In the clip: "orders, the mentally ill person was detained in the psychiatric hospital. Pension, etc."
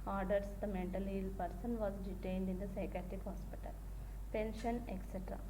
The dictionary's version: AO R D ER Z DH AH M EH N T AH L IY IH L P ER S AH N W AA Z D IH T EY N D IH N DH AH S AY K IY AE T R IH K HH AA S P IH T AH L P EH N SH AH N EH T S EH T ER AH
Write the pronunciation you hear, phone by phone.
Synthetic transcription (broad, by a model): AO R D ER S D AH M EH N T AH L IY L P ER S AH N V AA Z D IH T EY N D IH N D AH S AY K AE T IH K HH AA S P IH T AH L P EH N SH AH N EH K S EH T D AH